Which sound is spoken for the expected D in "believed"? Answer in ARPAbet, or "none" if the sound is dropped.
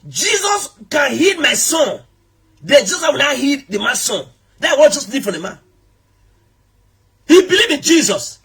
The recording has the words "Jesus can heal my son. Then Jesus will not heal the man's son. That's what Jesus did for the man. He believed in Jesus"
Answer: none